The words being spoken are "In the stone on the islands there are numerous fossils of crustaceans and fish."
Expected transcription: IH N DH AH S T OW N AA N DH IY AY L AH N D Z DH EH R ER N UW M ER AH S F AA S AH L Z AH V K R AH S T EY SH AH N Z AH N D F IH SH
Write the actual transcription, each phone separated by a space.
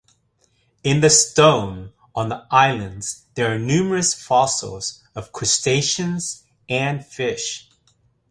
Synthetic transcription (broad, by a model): IH N DH AH S T OW N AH N DH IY AY L AH N D Z DH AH R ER N UW M ER AH S F AA S L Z AH V K R AH S T EY SH AH N Z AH N F IH SH